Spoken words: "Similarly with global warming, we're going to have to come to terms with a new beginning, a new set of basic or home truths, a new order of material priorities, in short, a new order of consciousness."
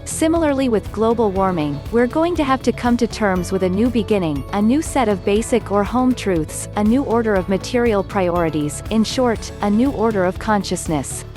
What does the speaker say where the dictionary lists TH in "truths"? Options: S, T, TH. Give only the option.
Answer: TH